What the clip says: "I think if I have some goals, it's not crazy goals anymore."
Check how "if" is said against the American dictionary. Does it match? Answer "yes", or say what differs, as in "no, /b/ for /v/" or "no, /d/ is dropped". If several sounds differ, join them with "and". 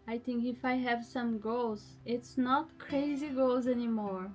yes